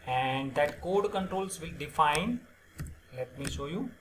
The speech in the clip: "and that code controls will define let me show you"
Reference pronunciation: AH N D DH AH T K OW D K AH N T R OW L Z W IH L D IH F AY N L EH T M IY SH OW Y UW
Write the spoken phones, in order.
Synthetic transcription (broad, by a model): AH N D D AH T K OW D K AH N T R OW L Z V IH L D IH F AY N L EH T M IY SH OW Y UW